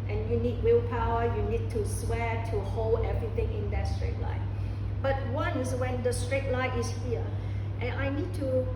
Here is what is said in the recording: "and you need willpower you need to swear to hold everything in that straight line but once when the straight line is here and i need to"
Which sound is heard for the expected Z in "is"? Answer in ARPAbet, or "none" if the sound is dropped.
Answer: S